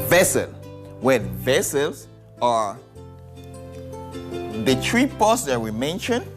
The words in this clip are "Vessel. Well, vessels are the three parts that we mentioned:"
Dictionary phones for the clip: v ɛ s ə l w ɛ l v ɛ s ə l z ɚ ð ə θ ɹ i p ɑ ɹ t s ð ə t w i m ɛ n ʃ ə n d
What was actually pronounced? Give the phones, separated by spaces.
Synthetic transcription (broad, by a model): v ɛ s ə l w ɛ n v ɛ s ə l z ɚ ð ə t ɹ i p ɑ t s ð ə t w i m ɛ n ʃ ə n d